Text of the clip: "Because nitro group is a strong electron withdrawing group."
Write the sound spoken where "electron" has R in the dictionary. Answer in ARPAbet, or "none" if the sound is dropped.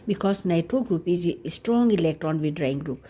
none